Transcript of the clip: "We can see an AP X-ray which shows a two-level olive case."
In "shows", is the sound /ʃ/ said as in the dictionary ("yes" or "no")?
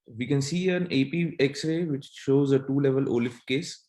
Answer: yes